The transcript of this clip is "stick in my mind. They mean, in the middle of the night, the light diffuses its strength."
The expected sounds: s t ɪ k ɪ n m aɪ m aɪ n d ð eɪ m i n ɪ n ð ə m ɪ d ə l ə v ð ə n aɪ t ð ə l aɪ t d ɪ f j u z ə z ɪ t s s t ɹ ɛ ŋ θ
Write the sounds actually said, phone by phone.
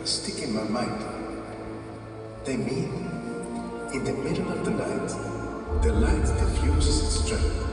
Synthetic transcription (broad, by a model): s t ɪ k ɪ n m aɪ m aɪ n d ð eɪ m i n ɪ n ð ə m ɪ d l ə v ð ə l aɪ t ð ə l aɪ t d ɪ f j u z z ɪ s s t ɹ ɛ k